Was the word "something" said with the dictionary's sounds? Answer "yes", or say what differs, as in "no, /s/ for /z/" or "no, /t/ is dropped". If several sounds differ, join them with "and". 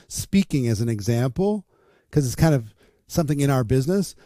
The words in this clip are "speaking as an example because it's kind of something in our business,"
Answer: yes